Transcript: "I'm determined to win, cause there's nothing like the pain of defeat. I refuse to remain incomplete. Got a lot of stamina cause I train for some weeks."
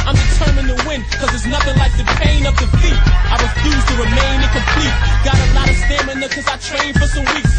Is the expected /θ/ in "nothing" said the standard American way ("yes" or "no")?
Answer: yes